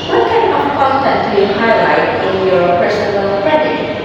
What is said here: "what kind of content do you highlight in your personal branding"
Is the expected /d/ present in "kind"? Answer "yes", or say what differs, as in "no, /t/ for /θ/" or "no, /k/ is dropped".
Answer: no, /d/ is dropped